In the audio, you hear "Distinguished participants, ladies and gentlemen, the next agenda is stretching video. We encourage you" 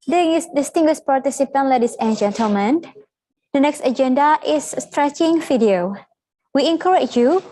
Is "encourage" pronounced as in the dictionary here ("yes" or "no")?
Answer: no